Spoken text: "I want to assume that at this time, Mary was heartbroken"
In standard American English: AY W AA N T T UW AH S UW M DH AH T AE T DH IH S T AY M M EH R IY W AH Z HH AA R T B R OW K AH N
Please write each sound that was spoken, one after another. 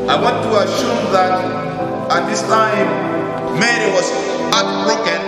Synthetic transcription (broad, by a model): AY W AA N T T UW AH SH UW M DH AH T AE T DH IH S T AY M M EH R IY W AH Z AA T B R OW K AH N